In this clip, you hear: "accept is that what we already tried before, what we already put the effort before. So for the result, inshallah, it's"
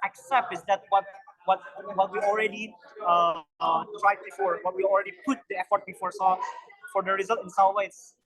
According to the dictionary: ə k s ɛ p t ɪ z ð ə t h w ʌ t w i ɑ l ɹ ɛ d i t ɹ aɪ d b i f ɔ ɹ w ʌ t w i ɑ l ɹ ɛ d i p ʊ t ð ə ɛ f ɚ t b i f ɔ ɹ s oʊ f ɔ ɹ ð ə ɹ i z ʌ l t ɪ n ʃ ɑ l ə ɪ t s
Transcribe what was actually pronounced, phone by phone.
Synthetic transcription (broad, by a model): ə k s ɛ p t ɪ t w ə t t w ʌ t w i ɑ l ɹ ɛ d i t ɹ aɪ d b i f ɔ ɹ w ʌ t w i ɑ l ɹ ɛ d i p ʊ t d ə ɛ f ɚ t b i f ɔ ɹ s oʊ f ɔ ɹ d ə ɹ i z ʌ l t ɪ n s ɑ w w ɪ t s